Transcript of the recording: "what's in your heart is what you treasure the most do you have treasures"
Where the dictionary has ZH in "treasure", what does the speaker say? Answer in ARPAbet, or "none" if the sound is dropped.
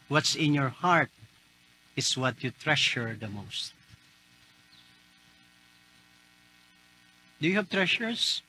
SH